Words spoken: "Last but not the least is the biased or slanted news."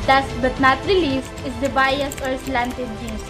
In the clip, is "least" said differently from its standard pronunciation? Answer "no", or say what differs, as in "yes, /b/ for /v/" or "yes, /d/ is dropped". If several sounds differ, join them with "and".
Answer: yes, /t/ is dropped